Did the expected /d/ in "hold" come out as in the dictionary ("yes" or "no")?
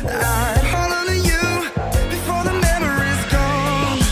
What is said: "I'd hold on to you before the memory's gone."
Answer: no